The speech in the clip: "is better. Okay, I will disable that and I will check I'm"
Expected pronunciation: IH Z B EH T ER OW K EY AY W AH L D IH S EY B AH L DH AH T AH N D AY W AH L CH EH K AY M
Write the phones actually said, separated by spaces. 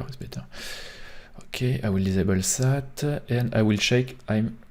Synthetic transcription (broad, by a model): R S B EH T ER OW K EY AY W AH L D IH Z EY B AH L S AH T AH N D AY W AH L SH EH K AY M